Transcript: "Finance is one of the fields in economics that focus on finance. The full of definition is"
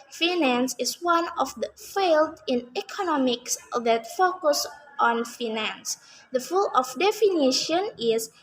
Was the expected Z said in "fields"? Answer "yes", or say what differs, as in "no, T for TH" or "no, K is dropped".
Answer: no, Z is dropped